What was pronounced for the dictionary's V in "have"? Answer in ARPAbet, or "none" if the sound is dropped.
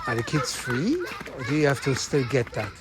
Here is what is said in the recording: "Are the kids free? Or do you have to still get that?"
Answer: F